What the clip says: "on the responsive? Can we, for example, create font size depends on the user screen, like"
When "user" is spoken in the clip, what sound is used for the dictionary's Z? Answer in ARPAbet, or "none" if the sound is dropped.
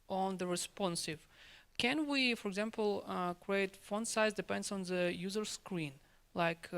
Z